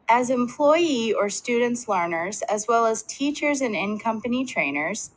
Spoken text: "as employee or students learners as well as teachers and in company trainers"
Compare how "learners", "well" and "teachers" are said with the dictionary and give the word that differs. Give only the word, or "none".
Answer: none